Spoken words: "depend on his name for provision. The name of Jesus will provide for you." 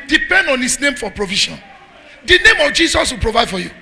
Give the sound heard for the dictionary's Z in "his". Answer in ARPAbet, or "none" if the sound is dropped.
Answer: S